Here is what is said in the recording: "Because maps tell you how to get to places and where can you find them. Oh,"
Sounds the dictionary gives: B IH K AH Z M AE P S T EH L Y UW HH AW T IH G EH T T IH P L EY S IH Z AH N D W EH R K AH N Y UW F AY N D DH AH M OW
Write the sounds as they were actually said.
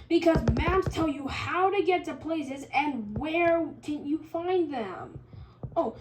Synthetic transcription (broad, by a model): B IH K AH Z M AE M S T EH L Y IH HH AW T IH G EH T T IH P L EY S IH Z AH N W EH R K AH N Y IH F AY N DH AH M OW